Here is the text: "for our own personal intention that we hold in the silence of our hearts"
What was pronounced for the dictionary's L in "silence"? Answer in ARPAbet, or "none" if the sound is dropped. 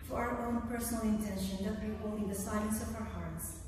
none